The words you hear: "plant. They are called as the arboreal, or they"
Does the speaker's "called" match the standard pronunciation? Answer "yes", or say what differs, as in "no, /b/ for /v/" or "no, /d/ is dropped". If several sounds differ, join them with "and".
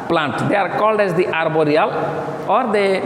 yes